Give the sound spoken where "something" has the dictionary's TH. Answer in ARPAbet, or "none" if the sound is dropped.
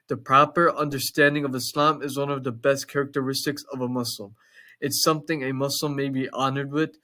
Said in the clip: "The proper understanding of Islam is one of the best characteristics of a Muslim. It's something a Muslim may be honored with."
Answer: TH